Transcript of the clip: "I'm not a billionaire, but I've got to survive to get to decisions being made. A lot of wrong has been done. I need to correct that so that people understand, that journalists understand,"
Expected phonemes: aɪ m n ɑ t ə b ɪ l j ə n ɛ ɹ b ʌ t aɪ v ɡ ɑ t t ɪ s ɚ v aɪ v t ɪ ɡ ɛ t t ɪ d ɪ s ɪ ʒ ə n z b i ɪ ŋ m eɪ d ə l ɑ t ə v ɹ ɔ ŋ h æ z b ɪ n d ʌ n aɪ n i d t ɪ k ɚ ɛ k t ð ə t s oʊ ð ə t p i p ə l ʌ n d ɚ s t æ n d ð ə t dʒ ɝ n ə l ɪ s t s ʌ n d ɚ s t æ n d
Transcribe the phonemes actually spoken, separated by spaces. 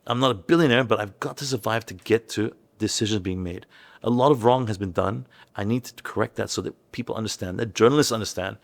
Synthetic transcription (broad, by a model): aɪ m n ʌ t ə b ɪ l j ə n ɛ ɹ b ʌ t aɪ v ɡ ɑ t t ɪ s ɚ v aɪ v t ɪ ɡ ɛ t t ɪ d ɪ s ɪ ʒ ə n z b i ɪ ŋ m eɪ d ə l ɑ t ə v ɹ ɔ ŋ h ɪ z b ɪ n d ʌ n aɪ n i d t ɪ k ɚ ɛ k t ð ə t s oʊ ð ə t p i p l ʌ n d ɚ s t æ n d ð ə t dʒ ɝ n l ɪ s t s ʌ n d ɚ s t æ n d